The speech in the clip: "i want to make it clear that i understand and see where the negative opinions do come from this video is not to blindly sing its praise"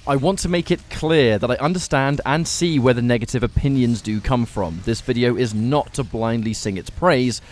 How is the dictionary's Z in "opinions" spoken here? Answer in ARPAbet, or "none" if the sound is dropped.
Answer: Z